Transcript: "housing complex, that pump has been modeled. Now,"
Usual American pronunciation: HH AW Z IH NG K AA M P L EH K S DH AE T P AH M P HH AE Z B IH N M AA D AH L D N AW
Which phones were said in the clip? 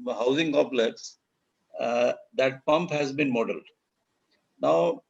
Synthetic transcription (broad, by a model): HH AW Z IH NG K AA P L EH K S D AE T P AH M P HH AE Z B IH N M AA D AH L D N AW